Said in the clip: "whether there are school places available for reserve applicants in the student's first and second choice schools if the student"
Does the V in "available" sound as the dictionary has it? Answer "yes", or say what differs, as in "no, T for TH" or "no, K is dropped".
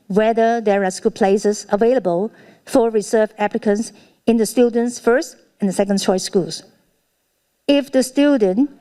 yes